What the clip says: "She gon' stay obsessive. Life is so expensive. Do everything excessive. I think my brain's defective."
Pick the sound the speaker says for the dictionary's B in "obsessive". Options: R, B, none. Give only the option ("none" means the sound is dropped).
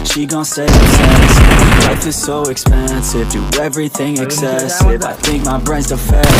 none